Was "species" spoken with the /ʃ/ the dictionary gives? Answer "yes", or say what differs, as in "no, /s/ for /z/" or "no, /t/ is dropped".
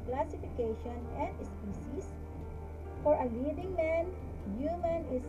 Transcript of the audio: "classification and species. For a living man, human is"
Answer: no, /s/ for /ʃ/